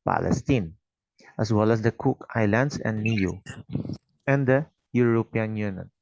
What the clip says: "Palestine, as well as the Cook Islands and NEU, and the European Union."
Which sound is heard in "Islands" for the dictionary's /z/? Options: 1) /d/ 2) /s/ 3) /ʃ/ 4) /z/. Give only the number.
2